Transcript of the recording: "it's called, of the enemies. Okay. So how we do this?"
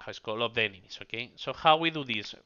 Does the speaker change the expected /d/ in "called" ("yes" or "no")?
yes